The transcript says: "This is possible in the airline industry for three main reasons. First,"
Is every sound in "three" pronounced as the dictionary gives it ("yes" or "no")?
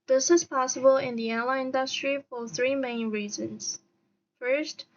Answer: yes